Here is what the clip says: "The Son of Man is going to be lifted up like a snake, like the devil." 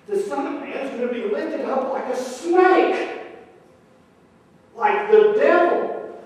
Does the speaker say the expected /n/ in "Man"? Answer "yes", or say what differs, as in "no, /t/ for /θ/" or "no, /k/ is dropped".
no, /n/ is dropped